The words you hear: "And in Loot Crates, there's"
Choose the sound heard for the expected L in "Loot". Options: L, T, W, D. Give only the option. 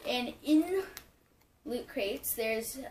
L